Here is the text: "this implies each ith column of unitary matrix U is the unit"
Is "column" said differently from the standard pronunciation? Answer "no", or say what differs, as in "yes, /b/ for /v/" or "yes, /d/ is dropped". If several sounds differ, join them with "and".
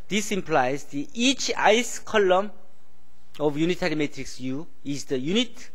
no